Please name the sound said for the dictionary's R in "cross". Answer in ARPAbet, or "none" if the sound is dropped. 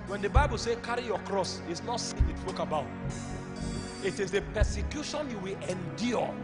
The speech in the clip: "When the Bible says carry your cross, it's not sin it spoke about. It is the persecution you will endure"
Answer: R